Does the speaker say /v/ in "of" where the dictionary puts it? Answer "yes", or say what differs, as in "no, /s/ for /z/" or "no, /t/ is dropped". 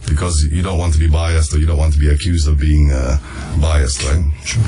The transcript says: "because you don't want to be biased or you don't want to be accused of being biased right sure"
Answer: yes